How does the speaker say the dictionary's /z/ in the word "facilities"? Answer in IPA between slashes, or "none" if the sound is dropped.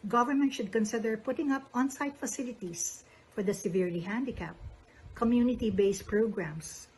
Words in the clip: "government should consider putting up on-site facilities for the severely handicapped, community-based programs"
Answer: /s/